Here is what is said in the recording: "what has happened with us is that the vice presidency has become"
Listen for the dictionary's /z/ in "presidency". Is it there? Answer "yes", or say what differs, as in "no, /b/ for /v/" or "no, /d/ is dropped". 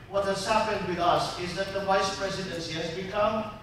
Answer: yes